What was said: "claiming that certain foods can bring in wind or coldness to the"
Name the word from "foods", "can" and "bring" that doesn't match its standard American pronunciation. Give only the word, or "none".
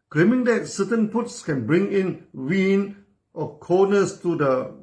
foods